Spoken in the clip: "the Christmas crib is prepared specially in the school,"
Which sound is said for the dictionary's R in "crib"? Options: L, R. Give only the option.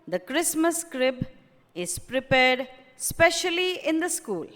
R